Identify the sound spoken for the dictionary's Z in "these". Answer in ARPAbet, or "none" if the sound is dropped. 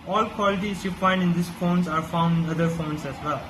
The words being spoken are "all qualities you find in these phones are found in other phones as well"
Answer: S